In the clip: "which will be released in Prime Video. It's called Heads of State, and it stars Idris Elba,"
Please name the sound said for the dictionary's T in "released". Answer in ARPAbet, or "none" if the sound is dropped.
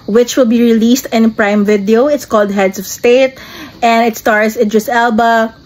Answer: T